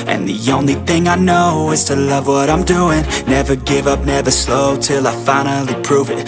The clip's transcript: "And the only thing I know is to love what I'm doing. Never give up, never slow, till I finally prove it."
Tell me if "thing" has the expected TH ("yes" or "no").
yes